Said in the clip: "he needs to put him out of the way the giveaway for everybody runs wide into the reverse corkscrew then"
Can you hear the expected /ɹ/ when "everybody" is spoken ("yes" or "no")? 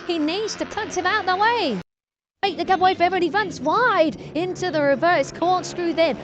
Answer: no